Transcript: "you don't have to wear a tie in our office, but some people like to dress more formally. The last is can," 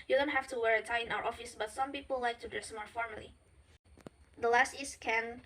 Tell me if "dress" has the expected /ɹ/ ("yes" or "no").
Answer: no